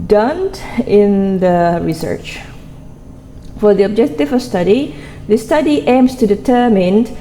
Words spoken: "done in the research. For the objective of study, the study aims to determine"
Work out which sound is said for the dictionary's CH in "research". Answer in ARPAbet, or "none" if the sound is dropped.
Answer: CH